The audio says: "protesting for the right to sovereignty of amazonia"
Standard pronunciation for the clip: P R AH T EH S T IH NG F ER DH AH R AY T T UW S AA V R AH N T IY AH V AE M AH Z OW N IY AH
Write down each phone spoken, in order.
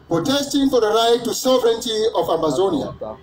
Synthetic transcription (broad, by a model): P R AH T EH S T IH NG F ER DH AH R AY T T UW S AA V R AH N T IY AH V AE M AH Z OW N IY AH